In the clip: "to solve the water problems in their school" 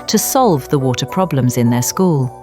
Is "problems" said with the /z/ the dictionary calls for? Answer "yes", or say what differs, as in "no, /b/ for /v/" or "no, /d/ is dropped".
yes